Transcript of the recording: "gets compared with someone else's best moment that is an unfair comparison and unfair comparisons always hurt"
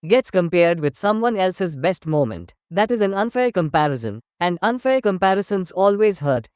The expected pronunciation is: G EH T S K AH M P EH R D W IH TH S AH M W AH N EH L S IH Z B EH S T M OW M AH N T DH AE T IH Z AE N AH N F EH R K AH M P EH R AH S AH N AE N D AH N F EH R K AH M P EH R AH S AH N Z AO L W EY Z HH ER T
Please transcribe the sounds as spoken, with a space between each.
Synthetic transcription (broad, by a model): G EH T S K AH M P EH R D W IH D S AH M W AH N EH L S IH Z B EH S T M OW M AH N T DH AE T IH Z AE N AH N F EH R K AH M P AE R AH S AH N AE N D AH N F EH R K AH M P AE R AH S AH N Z AO L W EY Z HH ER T